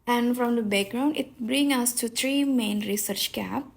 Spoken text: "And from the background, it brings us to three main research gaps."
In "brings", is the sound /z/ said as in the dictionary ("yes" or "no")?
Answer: no